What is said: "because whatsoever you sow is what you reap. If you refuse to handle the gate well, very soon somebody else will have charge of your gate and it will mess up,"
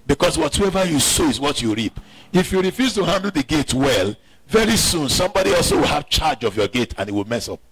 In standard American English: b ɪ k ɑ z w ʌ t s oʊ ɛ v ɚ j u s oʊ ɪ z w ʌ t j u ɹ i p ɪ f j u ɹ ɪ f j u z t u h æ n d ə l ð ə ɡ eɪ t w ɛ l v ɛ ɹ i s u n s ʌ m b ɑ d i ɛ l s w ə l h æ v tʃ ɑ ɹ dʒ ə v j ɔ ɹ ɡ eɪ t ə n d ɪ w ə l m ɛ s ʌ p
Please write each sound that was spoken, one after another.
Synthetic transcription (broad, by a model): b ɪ k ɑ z w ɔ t oʊ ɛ v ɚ j u s oʊ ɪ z w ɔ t j u ɹ i p ɪ f j u ɹ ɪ f j u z t u h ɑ n d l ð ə ɡ eɪ t w ɛ l v ɛ ɹ i s u n s ʌ m b ɑ d i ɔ l s w ə l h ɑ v tʃ ɑ dʒ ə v j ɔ ɡ eɪ t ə n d ɪ w ə l m ɛ s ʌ p